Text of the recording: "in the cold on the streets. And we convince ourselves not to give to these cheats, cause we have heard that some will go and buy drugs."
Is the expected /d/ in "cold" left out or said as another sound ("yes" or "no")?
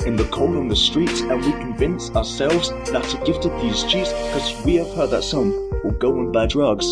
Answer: yes